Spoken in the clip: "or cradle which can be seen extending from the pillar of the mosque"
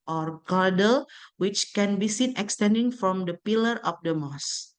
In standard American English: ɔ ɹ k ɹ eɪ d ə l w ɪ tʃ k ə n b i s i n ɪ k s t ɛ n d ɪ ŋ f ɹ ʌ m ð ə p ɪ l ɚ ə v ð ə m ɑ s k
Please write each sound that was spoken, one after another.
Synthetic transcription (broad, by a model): ɔ ɹ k ɑ d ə l w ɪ tʃ k ə n b i s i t ɪ k s t ɛ n d ɪ ŋ f ɹ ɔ m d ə p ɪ l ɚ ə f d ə m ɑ s